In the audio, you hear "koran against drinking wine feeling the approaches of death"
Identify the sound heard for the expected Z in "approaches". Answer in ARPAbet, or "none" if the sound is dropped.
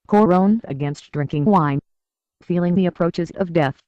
Z